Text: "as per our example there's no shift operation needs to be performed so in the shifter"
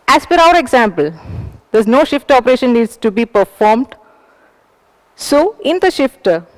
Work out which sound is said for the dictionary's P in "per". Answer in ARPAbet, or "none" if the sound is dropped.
F